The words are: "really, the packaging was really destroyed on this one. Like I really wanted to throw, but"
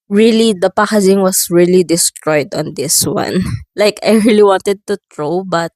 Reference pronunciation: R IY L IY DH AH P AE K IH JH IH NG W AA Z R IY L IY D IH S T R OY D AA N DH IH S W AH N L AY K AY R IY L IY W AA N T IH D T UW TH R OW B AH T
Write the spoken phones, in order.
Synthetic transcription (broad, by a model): R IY L IY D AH P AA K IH Z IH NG W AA S R IY L IY D IH S T R OY D AA N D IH S W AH N L AY K AY R IY L IY W AA N T IH D T UW T R OW B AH T